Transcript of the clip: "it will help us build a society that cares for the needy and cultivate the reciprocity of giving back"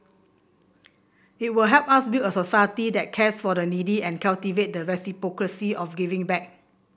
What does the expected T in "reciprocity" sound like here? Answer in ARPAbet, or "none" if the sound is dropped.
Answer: S